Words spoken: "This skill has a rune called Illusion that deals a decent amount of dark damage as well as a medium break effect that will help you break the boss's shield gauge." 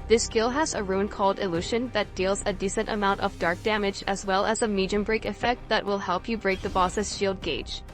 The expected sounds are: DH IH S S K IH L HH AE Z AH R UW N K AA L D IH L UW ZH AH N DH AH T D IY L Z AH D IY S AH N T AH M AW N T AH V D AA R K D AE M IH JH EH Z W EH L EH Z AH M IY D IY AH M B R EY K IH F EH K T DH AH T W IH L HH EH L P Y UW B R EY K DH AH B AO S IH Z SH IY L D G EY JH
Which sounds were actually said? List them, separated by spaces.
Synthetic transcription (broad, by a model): DH IH S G IH L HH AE Z AH R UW N K AA L D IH L UW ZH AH N DH AH T D IY L Z AH D IY S AH N T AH M AW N T AH V D AA R K D AE M IH JH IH Z W EH L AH Z AH M IY D IY AH M B R EY K IH F EH K T DH AH T W IH L HH EH L P Y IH B R EY K DH AH B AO S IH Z SH IY L D G EY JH